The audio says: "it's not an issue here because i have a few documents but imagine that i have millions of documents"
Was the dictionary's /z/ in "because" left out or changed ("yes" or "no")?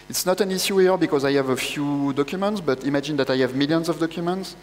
no